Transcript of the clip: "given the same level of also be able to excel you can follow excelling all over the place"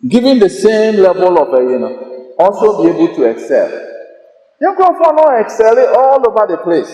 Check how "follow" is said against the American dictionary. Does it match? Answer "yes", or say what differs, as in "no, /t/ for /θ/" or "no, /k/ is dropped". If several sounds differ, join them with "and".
no, /n/ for /l/